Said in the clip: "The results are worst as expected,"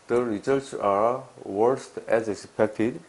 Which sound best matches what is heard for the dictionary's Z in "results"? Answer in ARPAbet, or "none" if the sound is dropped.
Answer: S